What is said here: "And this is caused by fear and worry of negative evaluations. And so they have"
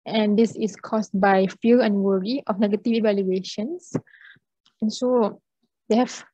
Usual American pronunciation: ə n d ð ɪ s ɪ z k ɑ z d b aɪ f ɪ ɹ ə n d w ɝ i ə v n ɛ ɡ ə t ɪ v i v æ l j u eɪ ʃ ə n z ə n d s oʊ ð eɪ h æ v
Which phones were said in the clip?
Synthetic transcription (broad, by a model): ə n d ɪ s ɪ s k ɑ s b aɪ f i l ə n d w ɝ i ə f n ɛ ɡ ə t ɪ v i v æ l j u eɪ ʃ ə n s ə n s oʊ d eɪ h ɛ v